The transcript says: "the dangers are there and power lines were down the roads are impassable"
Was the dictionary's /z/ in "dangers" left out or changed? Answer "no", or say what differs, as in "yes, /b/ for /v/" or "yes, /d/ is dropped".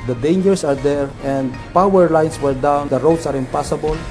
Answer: yes, /s/ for /z/